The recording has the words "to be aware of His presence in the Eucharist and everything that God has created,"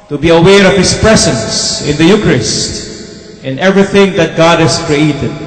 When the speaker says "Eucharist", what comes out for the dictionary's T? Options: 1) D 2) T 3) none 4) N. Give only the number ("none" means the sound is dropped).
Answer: 2